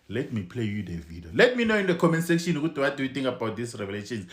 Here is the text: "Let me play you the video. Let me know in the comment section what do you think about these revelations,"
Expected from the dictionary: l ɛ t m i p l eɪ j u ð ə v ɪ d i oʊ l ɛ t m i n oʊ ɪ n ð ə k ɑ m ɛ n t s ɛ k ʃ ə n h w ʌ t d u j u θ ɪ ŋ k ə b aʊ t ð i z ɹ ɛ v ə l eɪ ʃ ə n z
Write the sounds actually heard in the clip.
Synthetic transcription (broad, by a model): l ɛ t m i p l eɪ j u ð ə v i d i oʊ l ɛ t m i n oʊ ɪ n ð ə k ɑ m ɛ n s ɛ k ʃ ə n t w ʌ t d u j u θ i ŋ k ə b aʊ t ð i s ɹ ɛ v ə l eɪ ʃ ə n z